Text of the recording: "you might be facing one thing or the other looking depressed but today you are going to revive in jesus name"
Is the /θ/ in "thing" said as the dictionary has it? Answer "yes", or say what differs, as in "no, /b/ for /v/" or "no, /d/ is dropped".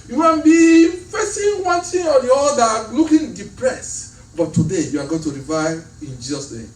no, /t/ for /θ/